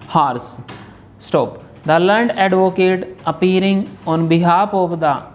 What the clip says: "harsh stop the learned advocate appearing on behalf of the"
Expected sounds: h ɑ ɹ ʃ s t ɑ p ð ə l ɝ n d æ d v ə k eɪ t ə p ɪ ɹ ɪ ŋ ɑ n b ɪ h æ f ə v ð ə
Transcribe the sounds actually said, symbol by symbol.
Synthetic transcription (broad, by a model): h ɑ ɹ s s t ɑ p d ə l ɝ n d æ d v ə k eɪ t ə p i ɹ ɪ ŋ ɑ n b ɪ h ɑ p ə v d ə